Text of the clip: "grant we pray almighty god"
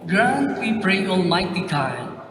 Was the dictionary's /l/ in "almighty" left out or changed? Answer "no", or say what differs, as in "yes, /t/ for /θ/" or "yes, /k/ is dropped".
yes, /n/ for /l/